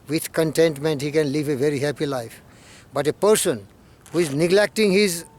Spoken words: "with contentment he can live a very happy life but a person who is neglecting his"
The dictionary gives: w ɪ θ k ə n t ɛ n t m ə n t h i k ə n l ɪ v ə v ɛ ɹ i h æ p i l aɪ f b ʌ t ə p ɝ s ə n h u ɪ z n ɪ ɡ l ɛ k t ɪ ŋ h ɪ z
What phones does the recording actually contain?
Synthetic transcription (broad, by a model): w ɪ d k ə n t ɛ n t m ə n t h i k ə n l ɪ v ə v ɛ ɹ i h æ p i l aɪ f b ʌ t ə p ɝ s ə n h u ɪ z n ɪ ɡ l ɛ k t ɪ ŋ h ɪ z